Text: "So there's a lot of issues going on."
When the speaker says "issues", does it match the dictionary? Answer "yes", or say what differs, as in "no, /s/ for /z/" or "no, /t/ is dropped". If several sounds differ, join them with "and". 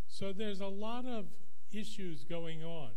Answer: yes